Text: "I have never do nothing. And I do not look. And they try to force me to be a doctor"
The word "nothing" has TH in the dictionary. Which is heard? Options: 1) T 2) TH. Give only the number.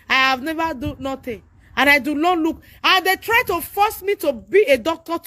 1